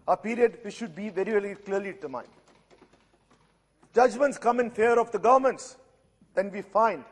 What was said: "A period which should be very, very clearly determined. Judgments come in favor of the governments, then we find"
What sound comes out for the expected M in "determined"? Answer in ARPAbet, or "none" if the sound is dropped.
none